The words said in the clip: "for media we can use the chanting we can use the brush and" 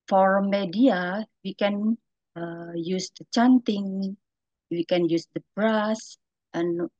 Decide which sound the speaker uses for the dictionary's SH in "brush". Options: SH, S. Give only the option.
S